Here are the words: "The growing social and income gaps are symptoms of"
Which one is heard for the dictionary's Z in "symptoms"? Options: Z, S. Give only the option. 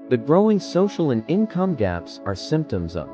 Z